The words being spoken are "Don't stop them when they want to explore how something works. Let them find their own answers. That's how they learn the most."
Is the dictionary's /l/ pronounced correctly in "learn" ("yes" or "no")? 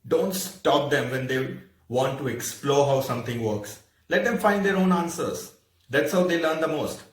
yes